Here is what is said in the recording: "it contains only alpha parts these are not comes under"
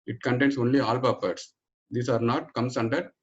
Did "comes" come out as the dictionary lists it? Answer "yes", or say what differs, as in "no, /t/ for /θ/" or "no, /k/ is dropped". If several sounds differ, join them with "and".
no, /s/ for /z/